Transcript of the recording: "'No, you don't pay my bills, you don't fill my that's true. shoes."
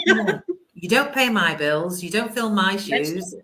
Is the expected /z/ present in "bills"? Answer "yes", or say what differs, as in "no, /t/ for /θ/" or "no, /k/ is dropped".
yes